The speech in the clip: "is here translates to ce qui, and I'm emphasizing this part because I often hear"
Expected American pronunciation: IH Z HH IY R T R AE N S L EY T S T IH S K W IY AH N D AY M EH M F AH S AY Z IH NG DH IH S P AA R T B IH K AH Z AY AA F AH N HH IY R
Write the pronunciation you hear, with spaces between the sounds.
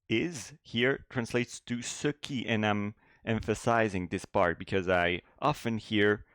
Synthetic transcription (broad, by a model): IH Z HH IY R T R AE N S L EY T S T IH S K IY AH N AY M EH M F AH S AY Z IH NG DH IH S P AA R T B IH K AH Z AY AA F AH N HH IY R